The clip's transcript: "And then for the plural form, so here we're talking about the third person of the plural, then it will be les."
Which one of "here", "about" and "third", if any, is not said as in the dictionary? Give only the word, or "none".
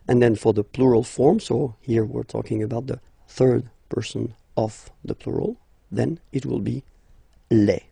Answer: none